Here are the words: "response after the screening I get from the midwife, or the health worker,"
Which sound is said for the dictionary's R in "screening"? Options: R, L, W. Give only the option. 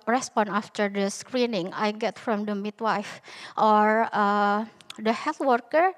R